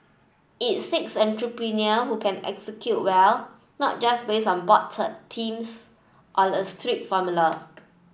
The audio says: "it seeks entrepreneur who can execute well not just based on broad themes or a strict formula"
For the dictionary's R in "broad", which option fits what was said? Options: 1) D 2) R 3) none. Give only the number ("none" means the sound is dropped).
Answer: 3